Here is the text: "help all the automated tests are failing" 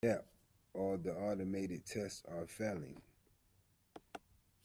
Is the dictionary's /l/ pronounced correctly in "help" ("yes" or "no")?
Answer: no